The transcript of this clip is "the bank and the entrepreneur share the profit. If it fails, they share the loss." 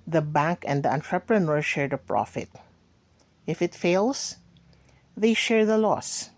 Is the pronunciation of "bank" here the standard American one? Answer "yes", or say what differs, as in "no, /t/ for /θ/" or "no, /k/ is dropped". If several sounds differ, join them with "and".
yes